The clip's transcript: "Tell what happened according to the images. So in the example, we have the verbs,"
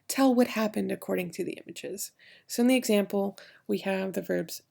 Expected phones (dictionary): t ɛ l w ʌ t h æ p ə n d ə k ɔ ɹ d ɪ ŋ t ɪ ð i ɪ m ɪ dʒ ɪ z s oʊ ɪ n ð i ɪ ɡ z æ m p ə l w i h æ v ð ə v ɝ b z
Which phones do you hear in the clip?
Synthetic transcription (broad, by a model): t ɛ l w ʌ t h æ p ə n d ə k ɔ ɹ d ɪ ŋ t ɪ ð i ɪ m ɪ dʒ ɪ z s oʊ ɪ n ð i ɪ ɡ z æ m p l w i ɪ v ð ə v ɝ b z